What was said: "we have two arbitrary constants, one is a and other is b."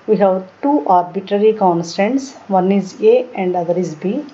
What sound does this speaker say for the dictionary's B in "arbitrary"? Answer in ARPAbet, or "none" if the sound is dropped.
B